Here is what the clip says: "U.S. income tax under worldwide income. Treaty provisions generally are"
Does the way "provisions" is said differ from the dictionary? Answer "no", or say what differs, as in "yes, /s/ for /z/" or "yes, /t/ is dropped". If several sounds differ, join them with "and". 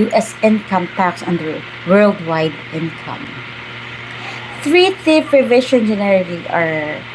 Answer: yes, /ʃ/ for /ʒ/ and /z/ is dropped